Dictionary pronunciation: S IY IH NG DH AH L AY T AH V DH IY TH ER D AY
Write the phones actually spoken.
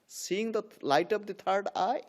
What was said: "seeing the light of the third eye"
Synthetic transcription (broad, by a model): S IY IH NG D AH L AY T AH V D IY T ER D AY